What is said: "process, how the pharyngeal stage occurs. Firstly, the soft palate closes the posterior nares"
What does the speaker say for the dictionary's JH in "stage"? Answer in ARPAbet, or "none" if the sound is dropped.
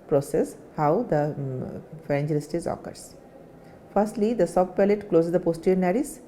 Z